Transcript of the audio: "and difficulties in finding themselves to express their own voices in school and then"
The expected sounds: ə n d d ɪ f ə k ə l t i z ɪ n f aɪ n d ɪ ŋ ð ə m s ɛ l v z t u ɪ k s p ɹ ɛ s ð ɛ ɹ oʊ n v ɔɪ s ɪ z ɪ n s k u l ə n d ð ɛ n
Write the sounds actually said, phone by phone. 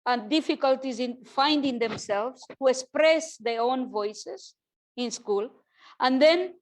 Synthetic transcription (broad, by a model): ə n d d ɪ f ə k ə l t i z ɪ n f aɪ n d ɪ ŋ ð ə m s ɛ l v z t u ɪ k s p ɹ ɛ s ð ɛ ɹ oʊ n v ɔɪ s ɪ z ɪ n s k u l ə n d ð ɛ n